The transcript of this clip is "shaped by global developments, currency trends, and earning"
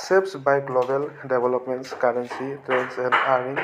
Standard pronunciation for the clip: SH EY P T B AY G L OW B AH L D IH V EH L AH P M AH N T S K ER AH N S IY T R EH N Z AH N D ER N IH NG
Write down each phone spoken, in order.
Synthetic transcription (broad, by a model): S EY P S B AY G L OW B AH L D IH B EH L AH P M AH N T S K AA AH N S IY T R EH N S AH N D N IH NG